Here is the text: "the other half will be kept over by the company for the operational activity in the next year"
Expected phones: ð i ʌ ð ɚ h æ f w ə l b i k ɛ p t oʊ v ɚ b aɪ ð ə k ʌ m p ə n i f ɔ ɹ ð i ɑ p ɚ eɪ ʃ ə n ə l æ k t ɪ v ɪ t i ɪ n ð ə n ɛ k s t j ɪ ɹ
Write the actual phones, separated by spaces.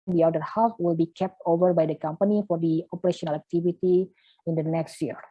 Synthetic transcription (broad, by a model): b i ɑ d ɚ h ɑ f w ə l b i k ɛ p t oʊ v ɚ b aɪ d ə k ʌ m p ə n i f ɔ ɹ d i ɑ p ɚ eɪ ʃ ə n ə l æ k t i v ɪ t i ɪ n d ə n ɛ k s t j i ɹ